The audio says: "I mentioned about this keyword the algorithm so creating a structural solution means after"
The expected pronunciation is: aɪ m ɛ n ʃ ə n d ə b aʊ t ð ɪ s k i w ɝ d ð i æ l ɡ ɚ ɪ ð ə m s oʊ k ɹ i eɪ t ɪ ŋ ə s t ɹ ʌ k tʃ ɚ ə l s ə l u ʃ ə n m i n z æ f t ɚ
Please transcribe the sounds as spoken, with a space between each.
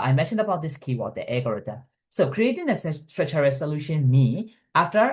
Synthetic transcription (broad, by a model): aɪ m ɛ n ʃ ə n d ə b aʊ t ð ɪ s k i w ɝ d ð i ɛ ɡ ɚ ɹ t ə s oʊ k ɹ i eɪ t ɪ ŋ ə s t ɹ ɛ tʃ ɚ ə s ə l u ʃ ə n m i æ f t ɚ